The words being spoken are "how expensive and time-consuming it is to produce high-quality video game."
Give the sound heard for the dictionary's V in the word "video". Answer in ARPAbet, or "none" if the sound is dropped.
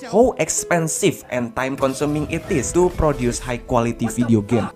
F